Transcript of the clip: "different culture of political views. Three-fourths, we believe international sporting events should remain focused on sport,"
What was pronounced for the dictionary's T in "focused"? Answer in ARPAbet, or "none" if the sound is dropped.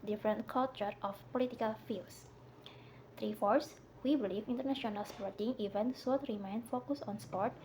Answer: none